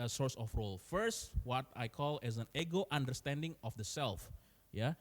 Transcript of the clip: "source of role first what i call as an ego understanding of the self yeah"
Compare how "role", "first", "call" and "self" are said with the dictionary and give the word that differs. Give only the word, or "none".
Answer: none